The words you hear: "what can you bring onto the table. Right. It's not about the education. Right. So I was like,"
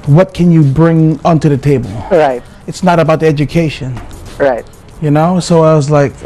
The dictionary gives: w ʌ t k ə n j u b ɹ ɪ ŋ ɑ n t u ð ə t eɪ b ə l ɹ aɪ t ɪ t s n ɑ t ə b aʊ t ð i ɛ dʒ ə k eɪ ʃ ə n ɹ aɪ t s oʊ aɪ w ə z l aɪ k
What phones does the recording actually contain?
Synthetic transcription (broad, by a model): w ʌ t k ə n j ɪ b ɹ ɪ ŋ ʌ n t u ð ə t eɪ b ə l ɹ aɪ t ɪ t s n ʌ t ə b aʊ t ð i ɛ dʒ ə k eɪ ʃ ə n ɹ aɪ t s oʊ aɪ w ə z l aɪ k